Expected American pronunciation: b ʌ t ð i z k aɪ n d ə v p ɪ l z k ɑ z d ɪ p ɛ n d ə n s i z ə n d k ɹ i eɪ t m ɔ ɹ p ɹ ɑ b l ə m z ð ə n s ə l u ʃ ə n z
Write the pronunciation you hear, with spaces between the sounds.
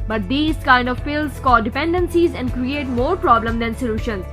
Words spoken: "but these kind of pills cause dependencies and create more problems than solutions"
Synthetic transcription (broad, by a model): b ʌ t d i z k aɪ n d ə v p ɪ l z k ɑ d ɪ p ɛ n d ə n s i z ə n d k ɹ i eɪ t m ɔ ɹ p ɹ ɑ b l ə m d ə n s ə l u ʃ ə n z